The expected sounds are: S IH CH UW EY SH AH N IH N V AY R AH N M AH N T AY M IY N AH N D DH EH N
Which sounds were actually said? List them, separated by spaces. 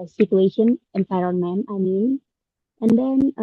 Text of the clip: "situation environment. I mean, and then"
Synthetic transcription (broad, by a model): S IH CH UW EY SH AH N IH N F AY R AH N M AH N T AY M IY N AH N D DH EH N